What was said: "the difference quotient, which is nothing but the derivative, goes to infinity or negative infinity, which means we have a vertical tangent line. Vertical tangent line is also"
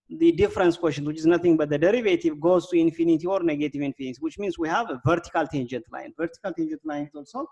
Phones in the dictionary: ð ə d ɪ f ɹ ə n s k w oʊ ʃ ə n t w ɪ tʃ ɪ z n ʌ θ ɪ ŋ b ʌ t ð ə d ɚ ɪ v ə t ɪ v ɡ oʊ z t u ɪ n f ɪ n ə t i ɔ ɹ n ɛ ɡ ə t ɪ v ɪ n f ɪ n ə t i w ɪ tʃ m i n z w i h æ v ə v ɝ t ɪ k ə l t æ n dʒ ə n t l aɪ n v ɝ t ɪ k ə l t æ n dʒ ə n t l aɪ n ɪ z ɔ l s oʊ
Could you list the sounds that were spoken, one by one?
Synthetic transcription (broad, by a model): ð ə d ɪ f ɹ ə n s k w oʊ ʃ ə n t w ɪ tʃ ɪ z n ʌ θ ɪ ŋ b ʌ t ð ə d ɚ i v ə t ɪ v ɡ oʊ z t u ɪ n f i n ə t i ɔ ɹ n ɛ ɡ ə t ɪ v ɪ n f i n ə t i w ɪ tʃ m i n s w i h ə v ɝ t ɪ k ə l t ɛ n dʒ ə n t l aɪ n v ɝ t ɪ k ə l t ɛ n dʒ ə n t l aɪ n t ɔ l s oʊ